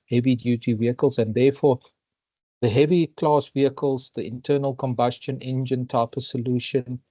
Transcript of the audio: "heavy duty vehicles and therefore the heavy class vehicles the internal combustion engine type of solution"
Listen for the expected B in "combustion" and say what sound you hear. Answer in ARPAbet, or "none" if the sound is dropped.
B